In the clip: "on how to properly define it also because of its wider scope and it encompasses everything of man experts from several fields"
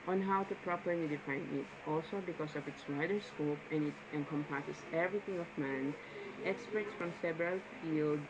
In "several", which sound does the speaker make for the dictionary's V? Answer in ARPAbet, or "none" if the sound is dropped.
B